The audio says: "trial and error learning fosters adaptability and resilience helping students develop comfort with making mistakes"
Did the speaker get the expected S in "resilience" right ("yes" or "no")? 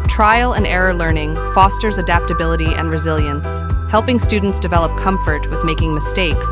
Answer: yes